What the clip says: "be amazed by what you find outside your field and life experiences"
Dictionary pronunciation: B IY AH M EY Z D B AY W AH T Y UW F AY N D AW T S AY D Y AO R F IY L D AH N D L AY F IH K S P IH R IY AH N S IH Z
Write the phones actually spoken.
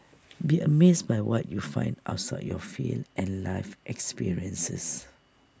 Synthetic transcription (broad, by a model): B IY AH M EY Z B AY W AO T Y UW F AY N D AW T S AY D Y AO F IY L AH N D L AY F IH K S P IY R IY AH N S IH S